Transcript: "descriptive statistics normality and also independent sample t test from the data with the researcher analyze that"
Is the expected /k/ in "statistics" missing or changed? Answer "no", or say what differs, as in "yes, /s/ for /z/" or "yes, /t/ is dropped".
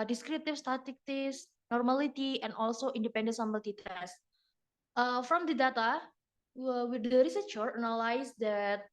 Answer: yes, /k/ is dropped